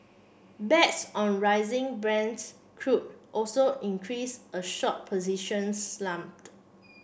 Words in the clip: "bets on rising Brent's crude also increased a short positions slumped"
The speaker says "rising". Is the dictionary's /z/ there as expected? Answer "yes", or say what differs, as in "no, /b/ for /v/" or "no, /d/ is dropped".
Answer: yes